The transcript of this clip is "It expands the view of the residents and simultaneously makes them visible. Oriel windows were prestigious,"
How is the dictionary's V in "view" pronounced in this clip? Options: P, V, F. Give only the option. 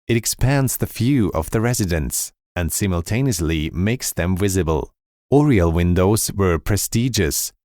F